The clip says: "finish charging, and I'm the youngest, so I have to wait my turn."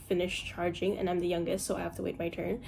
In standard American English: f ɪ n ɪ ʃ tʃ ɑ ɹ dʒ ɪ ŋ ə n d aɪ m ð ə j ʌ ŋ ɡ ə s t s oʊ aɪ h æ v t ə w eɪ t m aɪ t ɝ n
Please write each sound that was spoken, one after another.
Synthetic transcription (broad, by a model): f ɪ n ɪ ʃ tʃ ɑ ɹ dʒ ɪ ŋ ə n aɪ m ð ə j ʌ ŋ ɡ ə s t s oʊ aɪ h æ f t ə w eɪ t m aɪ t ɝ n